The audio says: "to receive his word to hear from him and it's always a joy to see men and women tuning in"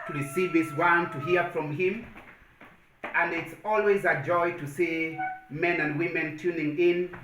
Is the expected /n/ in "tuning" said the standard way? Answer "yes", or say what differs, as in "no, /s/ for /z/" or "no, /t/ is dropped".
yes